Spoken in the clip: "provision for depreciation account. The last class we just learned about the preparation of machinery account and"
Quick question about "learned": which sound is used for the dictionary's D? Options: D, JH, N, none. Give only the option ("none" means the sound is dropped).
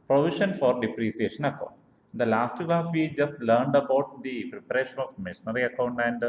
D